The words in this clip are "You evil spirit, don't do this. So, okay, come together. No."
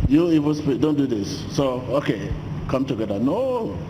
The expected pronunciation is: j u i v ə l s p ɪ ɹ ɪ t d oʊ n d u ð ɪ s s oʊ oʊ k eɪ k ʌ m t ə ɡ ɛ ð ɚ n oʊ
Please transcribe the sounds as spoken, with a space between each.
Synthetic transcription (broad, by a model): j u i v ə n s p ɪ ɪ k d oʊ n d u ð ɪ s s oʊ oʊ k eɪ k ʌ m t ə ɡ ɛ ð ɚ n oʊ